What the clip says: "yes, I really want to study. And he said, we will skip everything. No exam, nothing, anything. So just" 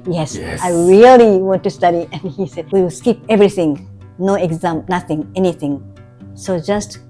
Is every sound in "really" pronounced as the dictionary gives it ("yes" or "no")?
yes